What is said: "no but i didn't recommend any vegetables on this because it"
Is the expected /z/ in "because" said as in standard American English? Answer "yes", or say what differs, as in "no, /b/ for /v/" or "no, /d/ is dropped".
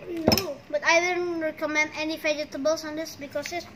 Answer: no, /s/ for /z/